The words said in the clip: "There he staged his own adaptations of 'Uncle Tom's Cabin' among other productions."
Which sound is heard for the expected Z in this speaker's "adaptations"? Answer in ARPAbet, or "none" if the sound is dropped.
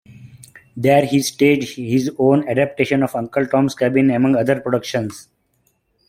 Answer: none